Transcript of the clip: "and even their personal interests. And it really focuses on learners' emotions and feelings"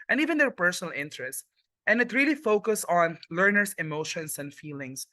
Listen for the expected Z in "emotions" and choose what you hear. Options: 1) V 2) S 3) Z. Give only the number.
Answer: 2